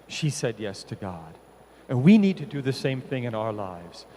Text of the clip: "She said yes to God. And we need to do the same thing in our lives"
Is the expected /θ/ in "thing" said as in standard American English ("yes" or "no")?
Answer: yes